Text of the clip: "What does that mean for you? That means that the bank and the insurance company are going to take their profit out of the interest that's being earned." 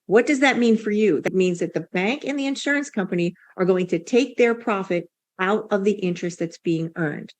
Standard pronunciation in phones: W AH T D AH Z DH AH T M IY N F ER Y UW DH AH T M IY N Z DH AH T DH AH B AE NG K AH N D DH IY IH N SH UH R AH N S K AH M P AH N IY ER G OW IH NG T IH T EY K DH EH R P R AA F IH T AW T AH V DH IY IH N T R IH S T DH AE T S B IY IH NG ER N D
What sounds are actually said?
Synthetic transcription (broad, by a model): W AH T D AH Z DH AH T M IY N F ER Y UW DH AH T M IY N Z DH AH T DH AH B AE NG K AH N DH IY IH N SH UH R AH N S K AH M P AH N IY ER G OW IH NG T IH T EY K DH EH R P R AA F IH T AW T AH V DH IY IH N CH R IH S T DH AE T S B IY IH NG ER N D